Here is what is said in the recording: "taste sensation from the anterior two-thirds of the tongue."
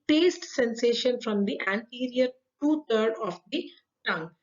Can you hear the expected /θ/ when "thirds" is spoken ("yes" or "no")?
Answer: no